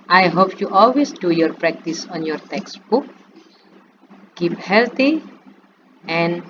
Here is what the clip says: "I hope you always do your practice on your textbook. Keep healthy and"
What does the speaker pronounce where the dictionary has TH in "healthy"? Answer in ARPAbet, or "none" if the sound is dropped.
T